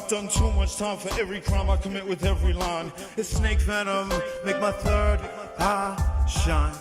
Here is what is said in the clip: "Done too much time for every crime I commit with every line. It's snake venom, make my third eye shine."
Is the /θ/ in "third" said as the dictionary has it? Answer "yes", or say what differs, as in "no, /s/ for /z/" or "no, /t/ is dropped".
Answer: yes